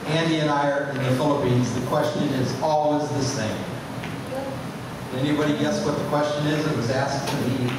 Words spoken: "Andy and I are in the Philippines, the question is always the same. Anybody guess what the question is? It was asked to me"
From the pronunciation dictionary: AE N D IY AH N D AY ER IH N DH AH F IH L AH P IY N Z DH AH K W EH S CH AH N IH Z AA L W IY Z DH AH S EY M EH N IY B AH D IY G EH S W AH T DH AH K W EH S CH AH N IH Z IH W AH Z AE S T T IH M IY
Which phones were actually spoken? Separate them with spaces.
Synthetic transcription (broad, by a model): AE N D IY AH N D AY ER IH N DH AH F IH L AH P IY N Z DH AH K W EH S CH AH N IH Z AA L W IY Z DH AH S EY M EH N IY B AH D IY G EH S W AH T DH AH K W EH S CH AH N IH Z IH W AH Z AE S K T IH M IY